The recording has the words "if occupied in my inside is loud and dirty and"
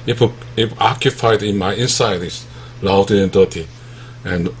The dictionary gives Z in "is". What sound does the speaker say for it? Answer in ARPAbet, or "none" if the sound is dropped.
S